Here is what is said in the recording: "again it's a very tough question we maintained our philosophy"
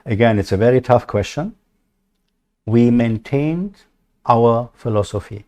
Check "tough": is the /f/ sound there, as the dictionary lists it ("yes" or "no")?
yes